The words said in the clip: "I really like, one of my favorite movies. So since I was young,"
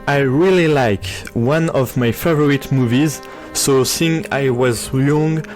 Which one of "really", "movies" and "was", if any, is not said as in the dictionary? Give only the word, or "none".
none